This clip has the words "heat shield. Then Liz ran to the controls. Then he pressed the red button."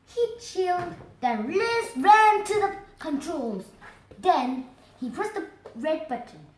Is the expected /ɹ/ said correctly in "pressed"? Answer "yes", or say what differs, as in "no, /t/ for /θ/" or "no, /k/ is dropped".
no, /ɹ/ is dropped